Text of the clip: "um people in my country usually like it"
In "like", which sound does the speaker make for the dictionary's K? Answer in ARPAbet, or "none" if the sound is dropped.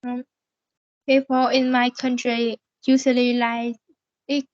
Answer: none